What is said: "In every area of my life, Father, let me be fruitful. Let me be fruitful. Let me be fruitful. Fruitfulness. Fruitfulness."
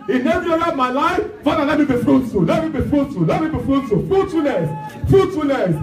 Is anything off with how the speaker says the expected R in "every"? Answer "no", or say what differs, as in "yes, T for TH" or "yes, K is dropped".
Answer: yes, R is dropped